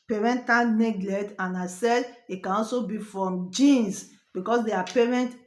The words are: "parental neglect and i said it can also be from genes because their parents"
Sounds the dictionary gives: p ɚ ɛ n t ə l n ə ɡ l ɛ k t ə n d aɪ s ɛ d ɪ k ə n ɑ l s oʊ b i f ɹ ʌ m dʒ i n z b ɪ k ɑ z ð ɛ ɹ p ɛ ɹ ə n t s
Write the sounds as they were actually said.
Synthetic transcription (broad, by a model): p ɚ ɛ n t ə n n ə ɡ l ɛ t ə n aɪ s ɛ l ɪ k ə n ɑ l s oʊ b i f ɹ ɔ m dʒ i n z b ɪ k ɑ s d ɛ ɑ p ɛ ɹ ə n t